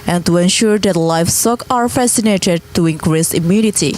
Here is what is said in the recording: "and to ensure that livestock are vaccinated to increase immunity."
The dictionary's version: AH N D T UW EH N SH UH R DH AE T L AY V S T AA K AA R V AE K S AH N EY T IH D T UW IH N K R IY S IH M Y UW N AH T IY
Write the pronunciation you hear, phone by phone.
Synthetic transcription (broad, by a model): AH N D T UW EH N SH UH R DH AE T L AY F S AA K AA R F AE S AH N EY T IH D T UW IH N K R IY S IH M Y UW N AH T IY